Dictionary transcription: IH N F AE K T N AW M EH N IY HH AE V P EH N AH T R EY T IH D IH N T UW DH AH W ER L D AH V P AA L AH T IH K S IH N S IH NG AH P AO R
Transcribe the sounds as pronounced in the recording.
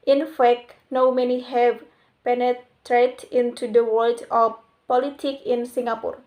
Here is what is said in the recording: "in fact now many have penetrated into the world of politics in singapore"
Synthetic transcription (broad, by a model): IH N F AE K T N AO M EH N IY HH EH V P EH N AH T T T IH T IH N T UW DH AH W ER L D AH P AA L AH T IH K IH N S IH NG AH P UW R